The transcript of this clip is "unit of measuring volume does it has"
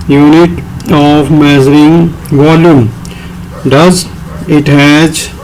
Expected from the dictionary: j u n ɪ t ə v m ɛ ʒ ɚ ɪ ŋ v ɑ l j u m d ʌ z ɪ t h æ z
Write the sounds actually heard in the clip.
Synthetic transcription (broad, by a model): j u n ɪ t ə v m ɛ z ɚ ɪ ŋ v ɑ l j u m d ʌ z ɪ t h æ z